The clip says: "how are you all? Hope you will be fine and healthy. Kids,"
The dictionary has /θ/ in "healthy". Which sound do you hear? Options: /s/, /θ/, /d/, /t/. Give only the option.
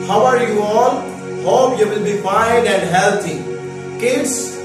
/t/